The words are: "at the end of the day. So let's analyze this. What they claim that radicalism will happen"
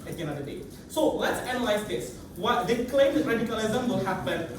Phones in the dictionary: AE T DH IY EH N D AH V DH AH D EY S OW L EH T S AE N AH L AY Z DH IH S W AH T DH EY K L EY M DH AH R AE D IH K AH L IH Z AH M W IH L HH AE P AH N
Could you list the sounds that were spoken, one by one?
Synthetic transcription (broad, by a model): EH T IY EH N AH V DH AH D EY S OW L EH T S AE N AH L AY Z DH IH S W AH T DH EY K L EY M R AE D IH K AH L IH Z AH M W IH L HH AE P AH N